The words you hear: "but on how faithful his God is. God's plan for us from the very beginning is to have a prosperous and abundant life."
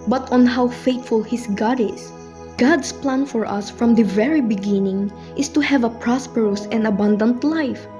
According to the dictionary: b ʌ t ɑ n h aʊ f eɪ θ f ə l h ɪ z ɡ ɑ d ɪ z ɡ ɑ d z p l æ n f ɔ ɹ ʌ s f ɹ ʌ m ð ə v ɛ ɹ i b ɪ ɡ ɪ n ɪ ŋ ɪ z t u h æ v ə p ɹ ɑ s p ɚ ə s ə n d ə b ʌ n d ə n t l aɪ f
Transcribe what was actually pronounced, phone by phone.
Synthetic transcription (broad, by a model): b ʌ t ɑ n h aʊ f eɪ t f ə l h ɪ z ɡ ɑ d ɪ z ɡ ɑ d s p l æ n f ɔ ɹ ʌ s f ɹ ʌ m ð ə v ɛ ɹ i b ɪ ɡ ɪ n ɪ ŋ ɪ s t u h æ v ə p ɹ ɑ s p ɚ ə s ə n d ə b ʌ n d ə n t l aɪ f